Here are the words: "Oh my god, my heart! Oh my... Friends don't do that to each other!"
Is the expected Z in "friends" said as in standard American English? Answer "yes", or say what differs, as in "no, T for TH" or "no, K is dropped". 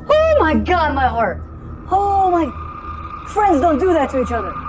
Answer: yes